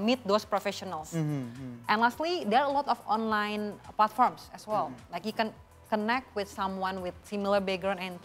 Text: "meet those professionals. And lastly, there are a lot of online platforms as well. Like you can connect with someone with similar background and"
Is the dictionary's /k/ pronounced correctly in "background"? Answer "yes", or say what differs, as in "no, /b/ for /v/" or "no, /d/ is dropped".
no, /k/ is dropped